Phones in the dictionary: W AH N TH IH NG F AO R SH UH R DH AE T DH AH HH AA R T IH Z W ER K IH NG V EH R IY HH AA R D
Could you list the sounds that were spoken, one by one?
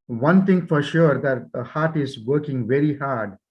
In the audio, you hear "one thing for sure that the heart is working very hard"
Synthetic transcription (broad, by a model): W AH N T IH NG F AO R SH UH R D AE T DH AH HH AA R T IH Z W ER K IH NG V EH R IY HH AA R D